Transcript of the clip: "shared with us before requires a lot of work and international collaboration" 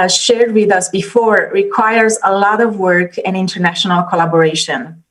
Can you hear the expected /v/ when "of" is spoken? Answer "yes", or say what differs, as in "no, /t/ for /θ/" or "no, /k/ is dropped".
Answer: yes